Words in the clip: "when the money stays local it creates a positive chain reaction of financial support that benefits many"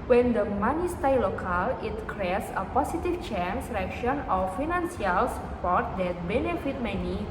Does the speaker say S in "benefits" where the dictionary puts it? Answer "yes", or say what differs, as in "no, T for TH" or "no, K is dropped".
no, S is dropped